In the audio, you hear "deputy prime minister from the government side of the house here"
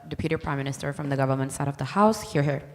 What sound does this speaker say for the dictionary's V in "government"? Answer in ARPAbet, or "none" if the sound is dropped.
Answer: V